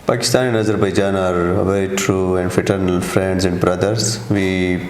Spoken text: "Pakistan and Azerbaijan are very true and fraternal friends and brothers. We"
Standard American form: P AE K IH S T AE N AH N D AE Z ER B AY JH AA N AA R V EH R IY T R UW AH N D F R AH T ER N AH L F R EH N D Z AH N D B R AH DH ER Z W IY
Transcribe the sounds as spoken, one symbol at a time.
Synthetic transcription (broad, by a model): P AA K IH S T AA N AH N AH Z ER B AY JH AA N AA R V EH R IY T R UW AH N D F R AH T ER N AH L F R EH N D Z AH N D B R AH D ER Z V IY